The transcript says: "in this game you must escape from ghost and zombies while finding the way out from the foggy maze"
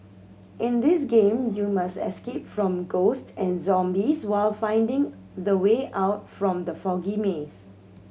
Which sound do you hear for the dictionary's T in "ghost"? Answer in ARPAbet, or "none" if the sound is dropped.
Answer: T